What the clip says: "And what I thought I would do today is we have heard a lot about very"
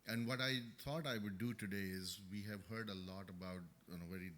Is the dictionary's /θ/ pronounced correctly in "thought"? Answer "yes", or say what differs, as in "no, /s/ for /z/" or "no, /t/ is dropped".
no, /t/ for /θ/